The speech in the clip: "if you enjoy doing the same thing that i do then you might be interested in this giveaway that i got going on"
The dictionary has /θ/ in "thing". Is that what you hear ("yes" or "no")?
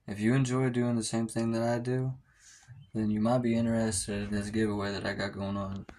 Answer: yes